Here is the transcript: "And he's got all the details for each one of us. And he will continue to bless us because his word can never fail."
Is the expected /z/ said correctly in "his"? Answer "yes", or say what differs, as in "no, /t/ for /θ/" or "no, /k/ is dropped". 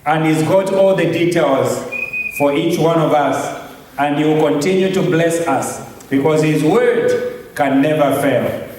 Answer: yes